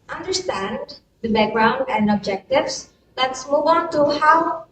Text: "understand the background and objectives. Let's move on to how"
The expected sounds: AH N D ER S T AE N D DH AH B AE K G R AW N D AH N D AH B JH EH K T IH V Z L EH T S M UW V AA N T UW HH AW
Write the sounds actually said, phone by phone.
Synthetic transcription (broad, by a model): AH N D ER S T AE N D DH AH B AE K G R AW N D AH N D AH B JH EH K T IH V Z L EH T S M UW V AA N T UW HH AW